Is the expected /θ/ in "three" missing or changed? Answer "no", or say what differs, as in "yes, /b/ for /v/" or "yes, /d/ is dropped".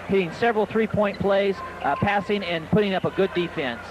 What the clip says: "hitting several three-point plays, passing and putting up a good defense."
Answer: no